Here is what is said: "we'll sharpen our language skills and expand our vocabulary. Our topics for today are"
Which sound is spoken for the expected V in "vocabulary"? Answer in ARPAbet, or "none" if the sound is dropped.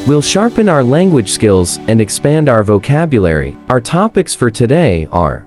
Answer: V